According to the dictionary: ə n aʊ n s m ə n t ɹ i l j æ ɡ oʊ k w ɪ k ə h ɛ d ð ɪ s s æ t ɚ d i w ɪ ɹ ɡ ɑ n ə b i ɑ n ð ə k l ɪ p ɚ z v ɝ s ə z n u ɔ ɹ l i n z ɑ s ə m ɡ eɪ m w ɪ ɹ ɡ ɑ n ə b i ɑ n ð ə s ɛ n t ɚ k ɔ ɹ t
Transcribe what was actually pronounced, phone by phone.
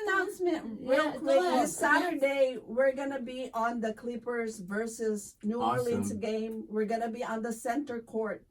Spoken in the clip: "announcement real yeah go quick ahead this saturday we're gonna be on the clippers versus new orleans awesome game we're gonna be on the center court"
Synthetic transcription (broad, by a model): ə n aʊ n s m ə n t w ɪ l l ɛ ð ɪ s s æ t ɚ d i w ɪ ɹ ɡ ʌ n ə b i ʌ n ð ə k l ɪ p ɚ z v ɝ s ə z n u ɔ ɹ l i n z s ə ɡ eɪ m w ɪ ɹ ɡ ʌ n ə b i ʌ n ð ə s ɛ n t ɚ k ɔ ɹ t